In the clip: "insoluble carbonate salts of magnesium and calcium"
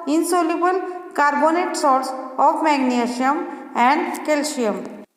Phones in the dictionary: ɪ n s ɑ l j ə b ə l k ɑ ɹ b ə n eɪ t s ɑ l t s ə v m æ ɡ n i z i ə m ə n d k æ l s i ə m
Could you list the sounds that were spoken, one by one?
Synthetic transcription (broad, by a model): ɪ n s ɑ l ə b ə l k ɑ ɹ b ə n eɪ t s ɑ t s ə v m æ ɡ n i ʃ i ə m ə n d k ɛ l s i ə m